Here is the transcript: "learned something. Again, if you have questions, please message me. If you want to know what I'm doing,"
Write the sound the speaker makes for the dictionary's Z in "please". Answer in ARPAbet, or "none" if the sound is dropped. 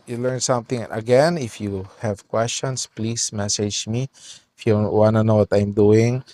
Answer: S